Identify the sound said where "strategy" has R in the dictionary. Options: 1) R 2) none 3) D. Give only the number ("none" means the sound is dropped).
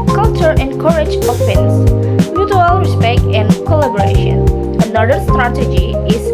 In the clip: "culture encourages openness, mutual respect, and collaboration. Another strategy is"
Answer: 1